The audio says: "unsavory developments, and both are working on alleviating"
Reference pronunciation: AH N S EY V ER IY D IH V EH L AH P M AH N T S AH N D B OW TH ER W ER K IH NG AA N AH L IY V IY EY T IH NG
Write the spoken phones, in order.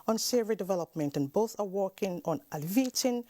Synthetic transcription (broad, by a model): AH N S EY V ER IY D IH V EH L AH P M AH N T AH N B OW TH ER W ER K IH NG AA N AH L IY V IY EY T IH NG